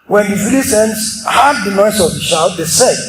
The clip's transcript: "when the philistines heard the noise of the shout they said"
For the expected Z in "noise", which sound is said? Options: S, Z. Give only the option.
S